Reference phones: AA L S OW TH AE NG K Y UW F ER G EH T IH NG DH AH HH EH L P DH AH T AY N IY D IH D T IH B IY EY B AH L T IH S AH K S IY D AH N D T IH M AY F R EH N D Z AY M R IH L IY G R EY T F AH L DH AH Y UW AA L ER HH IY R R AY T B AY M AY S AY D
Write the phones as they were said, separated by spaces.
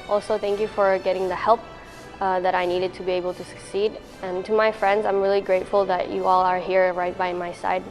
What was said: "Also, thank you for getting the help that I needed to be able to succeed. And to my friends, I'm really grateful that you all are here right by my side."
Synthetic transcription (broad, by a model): AA L S OW TH AE NG K Y UW F ER G EH T IH NG DH AH HH EH L P DH AH T AY N IY D IH D T IH B IY EY B AH L T IH S AH K S IY D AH N T IH M AY F R EH N D Z AY M R IH L IY G R EY T F AH L DH AH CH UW AA L ER HH IY R R AY T B AY M AY S AY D